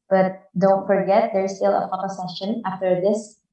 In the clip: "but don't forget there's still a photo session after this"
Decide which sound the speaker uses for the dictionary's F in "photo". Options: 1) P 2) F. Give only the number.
1